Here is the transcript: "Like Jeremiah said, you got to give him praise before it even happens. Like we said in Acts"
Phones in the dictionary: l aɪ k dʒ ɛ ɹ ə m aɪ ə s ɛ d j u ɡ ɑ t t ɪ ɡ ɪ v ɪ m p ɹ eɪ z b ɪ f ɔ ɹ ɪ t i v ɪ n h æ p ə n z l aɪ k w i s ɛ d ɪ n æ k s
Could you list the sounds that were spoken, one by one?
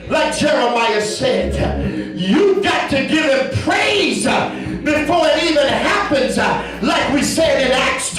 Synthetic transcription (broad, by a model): l aɪ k dʒ ɛ ɹ ə m aɪ ə s ɛ d j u ɡ ɑ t t ɪ ɡ ɪ v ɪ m p ɹ eɪ z b ɪ f ɔ ɹ ɪ t i v ɪ n h æ p ə n z l aɪ k w i s ɛ d ɪ n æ k s